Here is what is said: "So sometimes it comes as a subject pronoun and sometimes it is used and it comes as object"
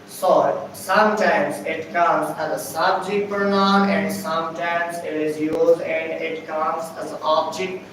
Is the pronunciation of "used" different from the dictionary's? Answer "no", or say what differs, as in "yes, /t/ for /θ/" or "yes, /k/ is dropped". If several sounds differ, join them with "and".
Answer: no